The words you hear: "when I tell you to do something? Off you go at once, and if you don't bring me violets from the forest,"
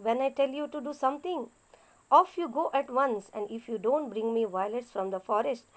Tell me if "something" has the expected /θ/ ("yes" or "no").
no